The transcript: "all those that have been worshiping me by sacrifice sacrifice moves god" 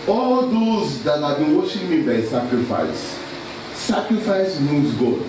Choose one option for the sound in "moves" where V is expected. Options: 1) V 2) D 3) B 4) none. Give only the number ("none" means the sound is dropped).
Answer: 4